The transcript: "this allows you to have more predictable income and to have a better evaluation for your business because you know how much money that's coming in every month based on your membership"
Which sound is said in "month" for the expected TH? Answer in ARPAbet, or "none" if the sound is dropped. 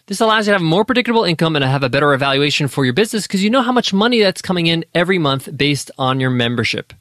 TH